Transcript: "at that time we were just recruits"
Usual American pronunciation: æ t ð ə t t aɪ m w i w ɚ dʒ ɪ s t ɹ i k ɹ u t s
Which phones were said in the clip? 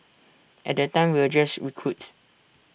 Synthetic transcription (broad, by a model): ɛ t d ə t t aɪ m w i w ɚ dʒ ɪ s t ɹ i k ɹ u t